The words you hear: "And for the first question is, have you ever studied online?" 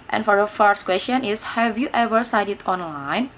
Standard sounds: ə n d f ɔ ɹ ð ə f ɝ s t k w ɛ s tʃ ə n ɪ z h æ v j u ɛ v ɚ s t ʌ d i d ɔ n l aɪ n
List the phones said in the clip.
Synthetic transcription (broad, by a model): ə n f ɔ ɹ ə f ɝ s t k w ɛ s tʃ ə n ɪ s h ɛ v j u ɛ v ɚ s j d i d ɔ n l aɪ n